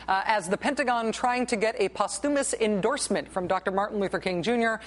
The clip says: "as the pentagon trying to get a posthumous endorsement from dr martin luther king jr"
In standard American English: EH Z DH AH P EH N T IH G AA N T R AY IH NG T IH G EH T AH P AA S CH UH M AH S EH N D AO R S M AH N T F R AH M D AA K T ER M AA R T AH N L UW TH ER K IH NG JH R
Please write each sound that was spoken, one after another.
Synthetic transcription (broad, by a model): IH Z DH AH P EH N T IH G AA N T R AY IH NG T IH G EH T AH P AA S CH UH M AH S EH N D AO R S M AH N T F R AH M D AA K T ER M AA R T N L UW TH ER K IH NG JH R